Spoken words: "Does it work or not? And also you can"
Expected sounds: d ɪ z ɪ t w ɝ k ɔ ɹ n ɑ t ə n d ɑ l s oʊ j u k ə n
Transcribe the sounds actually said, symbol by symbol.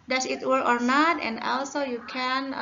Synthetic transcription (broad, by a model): d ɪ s ɪ t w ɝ ɔ ɹ n ɑ t ə n d ɑ l s oʊ j u k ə n